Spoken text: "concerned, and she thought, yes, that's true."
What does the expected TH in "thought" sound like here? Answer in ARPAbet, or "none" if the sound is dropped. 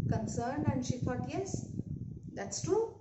F